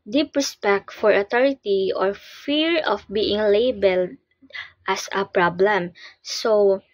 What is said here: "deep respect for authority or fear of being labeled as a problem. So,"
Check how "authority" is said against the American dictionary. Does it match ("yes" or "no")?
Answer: no